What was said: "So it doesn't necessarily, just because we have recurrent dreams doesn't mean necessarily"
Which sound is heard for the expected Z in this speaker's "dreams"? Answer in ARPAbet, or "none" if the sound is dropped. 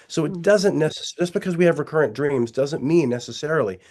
Z